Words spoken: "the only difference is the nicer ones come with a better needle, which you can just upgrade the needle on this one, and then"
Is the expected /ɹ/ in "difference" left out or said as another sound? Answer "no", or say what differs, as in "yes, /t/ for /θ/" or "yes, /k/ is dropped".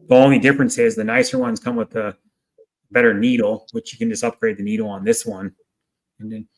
no